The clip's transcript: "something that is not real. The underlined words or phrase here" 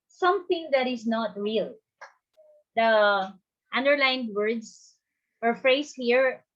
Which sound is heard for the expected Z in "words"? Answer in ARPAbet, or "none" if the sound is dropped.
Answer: S